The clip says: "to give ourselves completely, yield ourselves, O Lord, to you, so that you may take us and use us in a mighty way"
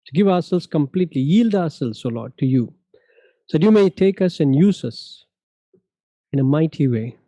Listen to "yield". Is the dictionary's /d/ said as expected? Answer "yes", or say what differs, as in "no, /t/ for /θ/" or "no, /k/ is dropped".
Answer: yes